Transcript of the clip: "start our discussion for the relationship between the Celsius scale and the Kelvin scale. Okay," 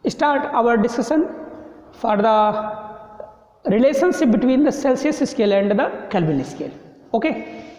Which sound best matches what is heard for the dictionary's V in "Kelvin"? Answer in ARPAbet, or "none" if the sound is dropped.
B